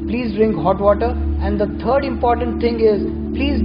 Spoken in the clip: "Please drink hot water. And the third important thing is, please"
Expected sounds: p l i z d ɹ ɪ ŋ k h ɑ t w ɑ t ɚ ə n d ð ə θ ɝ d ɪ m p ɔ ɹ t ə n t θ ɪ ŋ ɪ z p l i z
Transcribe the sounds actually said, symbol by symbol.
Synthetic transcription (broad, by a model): p l i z d ɹ ɪ ŋ k h ɑ t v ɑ t ɚ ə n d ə t ɝ d ɪ m p ɔ ɹ t ə n t t ɪ ŋ ɪ z p l i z